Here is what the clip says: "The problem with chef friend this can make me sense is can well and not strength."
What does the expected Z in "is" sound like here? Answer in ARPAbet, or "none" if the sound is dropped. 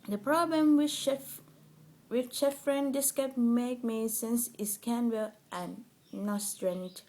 S